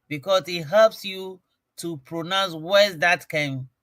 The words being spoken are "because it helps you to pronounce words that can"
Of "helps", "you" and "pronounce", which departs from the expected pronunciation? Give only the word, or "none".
none